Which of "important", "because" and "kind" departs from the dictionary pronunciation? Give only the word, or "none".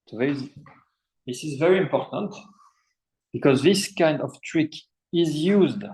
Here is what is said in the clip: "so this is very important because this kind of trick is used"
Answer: none